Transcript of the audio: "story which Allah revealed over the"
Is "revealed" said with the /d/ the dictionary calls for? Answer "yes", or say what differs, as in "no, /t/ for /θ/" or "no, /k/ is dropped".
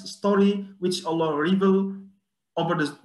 no, /d/ is dropped